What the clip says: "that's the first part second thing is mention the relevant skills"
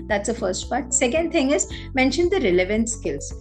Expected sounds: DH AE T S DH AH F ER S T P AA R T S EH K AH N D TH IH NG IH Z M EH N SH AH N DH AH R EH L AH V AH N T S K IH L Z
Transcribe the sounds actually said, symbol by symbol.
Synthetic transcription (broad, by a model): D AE T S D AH F ER S T P AA R T S EH K AH N D T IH NG IH Z M EH N SH AH N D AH R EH L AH V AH N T S K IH L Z